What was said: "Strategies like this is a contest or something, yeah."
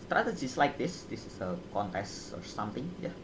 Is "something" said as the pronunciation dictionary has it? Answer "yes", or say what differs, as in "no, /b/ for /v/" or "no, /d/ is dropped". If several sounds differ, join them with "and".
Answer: no, /t/ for /θ/